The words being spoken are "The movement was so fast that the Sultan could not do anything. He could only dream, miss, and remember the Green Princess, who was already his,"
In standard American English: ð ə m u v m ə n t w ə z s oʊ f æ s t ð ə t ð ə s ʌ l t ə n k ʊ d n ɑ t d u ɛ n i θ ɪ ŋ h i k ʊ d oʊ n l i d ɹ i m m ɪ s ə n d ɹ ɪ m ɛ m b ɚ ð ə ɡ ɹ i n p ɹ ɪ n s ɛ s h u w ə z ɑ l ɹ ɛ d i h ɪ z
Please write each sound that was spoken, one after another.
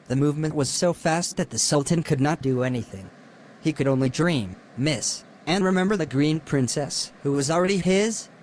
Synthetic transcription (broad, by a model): ð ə m u v m ə n t w ə z s oʊ f æ s t ð ə t ð ə s ʌ l t ə n k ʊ d n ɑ t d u ɛ n i θ ɪ ŋ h i k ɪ d oʊ n l i d ɹ i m m ɪ s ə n ɹ ɪ m ɛ m b ɚ ð ə ɡ ɹ i n p ɹ ɪ n s ɛ s h u w ə z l ɹ ɛ d i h ɪ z